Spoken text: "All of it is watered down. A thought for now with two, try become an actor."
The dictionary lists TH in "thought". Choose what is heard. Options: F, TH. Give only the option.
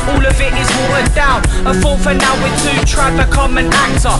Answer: F